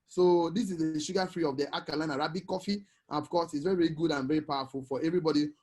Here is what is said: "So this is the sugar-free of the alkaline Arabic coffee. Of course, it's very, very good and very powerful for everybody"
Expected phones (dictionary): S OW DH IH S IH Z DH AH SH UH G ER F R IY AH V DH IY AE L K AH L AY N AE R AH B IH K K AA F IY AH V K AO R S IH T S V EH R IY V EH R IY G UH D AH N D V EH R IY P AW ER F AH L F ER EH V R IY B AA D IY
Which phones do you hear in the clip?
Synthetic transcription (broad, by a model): S OW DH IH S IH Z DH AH SH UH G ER F R IY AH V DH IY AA K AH L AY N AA R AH B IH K K AA F IY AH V K AO S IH T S V EH R IY V EH R IY G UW D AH N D V EH R IY P AW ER F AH L F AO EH V R IY B AA D IY